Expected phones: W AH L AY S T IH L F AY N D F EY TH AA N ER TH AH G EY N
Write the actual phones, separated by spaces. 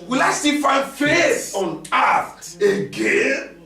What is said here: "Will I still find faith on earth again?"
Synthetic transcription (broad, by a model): W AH L AY S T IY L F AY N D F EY S AA N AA T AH G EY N